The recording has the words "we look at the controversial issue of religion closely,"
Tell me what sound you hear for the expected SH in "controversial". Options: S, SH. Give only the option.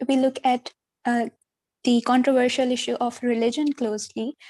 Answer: SH